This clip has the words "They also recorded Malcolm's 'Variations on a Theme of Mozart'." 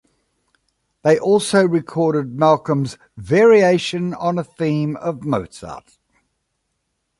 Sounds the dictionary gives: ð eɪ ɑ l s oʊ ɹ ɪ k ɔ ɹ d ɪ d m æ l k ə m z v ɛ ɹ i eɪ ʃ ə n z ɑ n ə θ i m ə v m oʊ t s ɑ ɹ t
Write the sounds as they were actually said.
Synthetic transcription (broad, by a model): ð eɪ ɑ l s oʊ ɹ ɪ k ɔ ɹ d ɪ d m æ l k ə m z v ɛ ɹ i eɪ ʃ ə n ʌ n ə θ i m ə v m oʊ t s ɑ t